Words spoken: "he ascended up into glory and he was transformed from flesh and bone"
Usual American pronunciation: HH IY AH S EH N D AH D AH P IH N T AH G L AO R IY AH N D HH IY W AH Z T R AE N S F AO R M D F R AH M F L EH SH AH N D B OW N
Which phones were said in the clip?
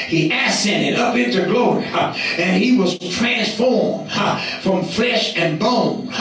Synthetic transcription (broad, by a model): HH IY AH S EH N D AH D AH P IH N T AH G L AO R IY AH N IY W AH Z T R AE N S F AO R M D F R AH M F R EH SH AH N B OW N